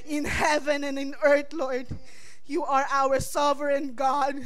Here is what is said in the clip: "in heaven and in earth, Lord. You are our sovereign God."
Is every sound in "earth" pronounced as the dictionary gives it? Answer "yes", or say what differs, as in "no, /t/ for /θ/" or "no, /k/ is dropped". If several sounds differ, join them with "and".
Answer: no, /t/ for /θ/